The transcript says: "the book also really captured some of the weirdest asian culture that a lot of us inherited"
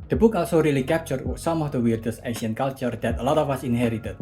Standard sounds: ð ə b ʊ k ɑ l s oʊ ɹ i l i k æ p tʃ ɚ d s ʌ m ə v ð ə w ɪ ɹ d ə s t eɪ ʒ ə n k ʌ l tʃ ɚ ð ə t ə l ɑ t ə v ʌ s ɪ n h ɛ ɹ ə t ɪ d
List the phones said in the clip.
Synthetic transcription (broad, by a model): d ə b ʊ k ɑ l s oʊ ɹ i l i k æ p tʃ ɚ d s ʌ m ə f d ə w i ɹ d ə s eɪ ʃ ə n k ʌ l tʃ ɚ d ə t ə l ɑ t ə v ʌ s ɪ n h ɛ ɹ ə t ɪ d